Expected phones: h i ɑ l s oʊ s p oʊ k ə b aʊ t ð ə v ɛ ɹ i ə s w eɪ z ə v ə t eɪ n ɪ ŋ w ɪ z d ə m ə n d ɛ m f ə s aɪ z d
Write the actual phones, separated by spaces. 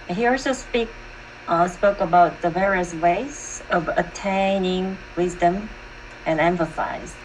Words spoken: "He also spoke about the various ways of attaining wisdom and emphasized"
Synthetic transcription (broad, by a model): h i ɑ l s oʊ s p oʊ k ə b aʊ t ð ə v ɛ ɹ i ə s w eɪ z ə v ə t eɪ n ɪ ŋ w ɪ z d ə m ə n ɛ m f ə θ aɪ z